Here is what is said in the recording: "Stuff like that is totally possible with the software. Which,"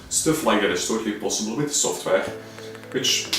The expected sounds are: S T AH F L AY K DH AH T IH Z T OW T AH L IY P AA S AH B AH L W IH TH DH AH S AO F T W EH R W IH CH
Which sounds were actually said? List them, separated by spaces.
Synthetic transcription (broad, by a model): S T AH F L AY K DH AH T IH S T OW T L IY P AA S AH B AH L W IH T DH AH S AO F T W EH R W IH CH